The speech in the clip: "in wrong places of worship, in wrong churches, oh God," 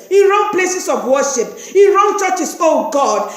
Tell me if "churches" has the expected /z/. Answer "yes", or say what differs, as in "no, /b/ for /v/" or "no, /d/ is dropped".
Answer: no, /s/ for /z/